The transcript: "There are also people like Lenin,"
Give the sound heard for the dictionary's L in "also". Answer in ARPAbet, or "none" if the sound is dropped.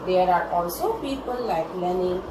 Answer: L